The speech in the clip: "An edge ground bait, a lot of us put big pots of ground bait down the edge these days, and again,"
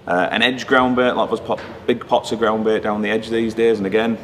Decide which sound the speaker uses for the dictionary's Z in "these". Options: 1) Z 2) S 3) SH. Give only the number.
1